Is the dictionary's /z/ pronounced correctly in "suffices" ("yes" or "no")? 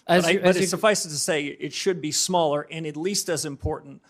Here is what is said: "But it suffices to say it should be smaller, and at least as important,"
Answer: no